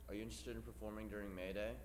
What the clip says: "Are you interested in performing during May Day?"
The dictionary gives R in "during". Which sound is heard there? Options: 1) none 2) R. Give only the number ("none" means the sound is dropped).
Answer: 2